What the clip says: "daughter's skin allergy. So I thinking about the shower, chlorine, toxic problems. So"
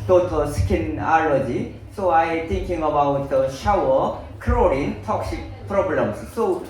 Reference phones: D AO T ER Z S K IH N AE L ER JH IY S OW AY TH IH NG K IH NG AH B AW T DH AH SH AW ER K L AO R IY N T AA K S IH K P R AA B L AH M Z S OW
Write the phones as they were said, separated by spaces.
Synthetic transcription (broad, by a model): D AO T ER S K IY N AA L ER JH IY S OW AY T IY NG K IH NG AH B AW T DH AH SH AW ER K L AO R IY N T AA K S IH K P R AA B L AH M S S OW